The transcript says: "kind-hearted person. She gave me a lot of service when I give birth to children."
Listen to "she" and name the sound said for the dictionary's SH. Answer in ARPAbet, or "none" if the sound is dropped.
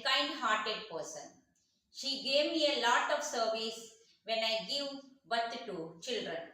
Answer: SH